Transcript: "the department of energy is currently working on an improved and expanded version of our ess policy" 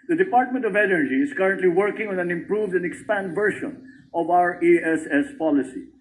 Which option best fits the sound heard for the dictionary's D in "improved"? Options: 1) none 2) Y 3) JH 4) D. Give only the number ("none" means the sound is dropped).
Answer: 4